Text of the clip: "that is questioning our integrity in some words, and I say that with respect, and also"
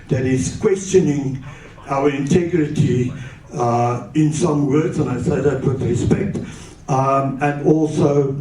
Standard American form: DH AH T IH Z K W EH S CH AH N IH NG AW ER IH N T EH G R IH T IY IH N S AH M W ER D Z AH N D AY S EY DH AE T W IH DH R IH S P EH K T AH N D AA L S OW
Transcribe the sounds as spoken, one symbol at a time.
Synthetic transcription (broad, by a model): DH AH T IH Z K W EH S CH AH N IH NG AW ER IH N T EH G R IH T IY IH N S AH M W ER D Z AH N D AY S EY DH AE T W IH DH R IH S P EH K T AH N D AA L S OW